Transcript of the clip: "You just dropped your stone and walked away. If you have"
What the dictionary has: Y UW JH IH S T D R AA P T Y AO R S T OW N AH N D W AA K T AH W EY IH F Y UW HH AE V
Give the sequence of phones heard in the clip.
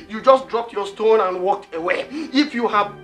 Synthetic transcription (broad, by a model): Y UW JH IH S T D R AA P T Y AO S T OW N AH N W AA K T AH W EY IH F Y UW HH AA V